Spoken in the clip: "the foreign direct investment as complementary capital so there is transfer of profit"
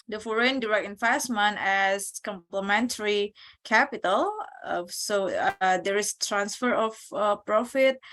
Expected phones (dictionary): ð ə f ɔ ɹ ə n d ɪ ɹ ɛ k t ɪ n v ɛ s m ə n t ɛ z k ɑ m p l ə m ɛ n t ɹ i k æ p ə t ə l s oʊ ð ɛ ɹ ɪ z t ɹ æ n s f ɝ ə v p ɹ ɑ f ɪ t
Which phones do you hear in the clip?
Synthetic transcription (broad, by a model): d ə f ɔ ɹ ə n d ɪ ɹ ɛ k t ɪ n f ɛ s m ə n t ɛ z k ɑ m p l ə m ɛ n t ɹ i k æ p ə t ə l s oʊ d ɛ ɹ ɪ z t ɹ æ n s f ɝ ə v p ɹ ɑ f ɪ t